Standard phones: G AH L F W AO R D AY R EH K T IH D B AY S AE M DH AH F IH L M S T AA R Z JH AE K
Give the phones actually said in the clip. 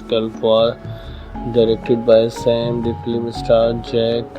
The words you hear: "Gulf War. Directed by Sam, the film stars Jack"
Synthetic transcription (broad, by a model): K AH L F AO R D AY R EH K T IH D B AY S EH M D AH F L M S T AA R JH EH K